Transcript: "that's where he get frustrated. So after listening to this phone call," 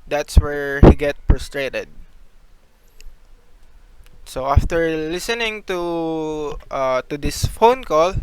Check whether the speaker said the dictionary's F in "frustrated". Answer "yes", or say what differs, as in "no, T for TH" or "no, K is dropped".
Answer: no, P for F